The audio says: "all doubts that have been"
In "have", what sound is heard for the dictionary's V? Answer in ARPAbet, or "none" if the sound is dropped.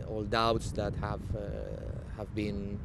V